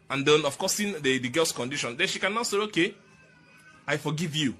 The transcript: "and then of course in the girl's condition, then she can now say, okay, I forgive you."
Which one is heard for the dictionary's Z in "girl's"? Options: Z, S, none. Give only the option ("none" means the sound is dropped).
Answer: S